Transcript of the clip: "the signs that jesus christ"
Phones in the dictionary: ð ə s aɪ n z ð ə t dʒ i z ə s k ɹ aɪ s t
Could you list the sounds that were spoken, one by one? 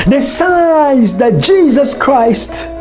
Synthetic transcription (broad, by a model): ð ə s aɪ z ð ə t dʒ i z ə s k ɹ aɪ s t